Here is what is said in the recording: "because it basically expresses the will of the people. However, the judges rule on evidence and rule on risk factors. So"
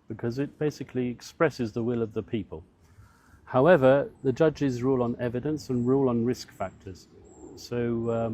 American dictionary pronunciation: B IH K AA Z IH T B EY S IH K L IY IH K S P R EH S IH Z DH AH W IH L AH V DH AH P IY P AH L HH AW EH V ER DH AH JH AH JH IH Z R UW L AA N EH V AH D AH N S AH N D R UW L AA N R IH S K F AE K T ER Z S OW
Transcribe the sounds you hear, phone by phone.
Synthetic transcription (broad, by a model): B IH K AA Z IH T B EY S IH K L IY IH K S P R EH S IH Z DH AH W IH L AH V DH AH P IY P AH L HH AW EH V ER DH AH JH AH JH IH Z R UW L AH N EH V AH D AH N S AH N R UW L N R IH S K F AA K T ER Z S OW